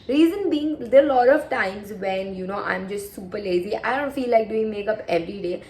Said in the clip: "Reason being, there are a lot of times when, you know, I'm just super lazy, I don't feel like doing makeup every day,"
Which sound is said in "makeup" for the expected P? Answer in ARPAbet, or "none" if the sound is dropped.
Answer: P